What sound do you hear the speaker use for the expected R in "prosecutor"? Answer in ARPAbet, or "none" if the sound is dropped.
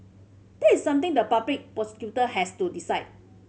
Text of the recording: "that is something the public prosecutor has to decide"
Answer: none